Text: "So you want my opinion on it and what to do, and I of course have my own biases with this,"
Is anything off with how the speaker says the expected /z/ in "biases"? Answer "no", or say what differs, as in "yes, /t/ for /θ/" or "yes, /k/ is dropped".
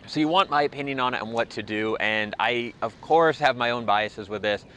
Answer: no